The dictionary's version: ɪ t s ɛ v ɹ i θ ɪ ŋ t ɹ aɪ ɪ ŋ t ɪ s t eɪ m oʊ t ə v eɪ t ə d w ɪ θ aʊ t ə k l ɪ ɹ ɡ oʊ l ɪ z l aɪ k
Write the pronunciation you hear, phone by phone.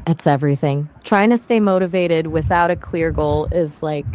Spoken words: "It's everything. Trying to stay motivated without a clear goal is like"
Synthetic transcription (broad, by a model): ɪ t s ɛ v ɹ i θ ɪ ŋ t ɹ aɪ ɪ ŋ t ɪ s t eɪ m oʊ t ə v eɪ t ə d w ɪ θ aʊ t ə k l ɪ ɹ ɡ oʊ l ɪ z l aɪ k